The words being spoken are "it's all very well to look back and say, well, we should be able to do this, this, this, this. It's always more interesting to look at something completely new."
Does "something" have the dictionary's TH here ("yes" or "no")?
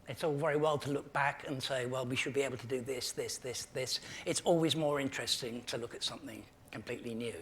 yes